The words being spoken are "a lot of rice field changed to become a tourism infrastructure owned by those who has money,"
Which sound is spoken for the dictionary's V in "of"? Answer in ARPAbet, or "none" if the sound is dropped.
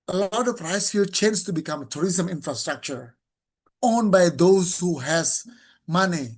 P